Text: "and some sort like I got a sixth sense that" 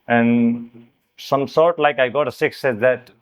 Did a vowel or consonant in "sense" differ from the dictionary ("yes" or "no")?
yes